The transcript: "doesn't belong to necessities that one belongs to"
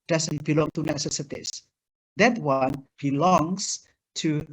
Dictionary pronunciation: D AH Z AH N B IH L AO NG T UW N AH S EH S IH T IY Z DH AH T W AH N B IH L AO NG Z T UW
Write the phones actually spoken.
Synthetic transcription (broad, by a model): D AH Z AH N B IH L AO NG T UW N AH S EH S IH T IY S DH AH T W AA N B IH L AO NG S T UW